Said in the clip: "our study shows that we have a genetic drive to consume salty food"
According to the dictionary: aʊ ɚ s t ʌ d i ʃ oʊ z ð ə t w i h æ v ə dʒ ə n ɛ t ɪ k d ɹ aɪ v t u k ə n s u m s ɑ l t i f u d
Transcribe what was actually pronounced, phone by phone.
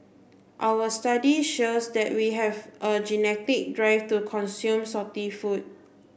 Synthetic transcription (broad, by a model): aʊ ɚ s t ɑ d i ʃ oʊ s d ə t w i h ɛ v ə dʒ ə n ɛ t ɪ k d ɹ aɪ f t u k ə n s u m s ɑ t i f u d